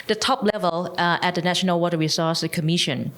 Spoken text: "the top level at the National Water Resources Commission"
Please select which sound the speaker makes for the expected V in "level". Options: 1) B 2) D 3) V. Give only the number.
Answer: 3